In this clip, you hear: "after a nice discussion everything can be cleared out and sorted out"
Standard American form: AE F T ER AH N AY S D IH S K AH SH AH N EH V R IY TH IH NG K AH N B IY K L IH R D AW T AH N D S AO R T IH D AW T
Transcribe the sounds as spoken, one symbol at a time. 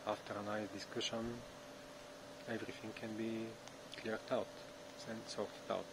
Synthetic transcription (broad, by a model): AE F T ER AH N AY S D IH S K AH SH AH N EH V R IY TH IH NG K AH N B IY K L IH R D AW T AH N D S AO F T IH UH T